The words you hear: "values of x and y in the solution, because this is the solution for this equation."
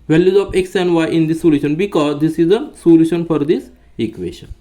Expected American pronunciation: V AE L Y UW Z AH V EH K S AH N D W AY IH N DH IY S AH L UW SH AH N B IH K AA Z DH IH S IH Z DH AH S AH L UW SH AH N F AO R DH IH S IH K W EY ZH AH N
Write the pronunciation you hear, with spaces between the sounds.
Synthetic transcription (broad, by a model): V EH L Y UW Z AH P EH K S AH N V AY IH N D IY S AH L UW SH AH N B IH K AA Z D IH S IH Z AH S AH L UW SH AH N F AO R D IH S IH K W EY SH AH N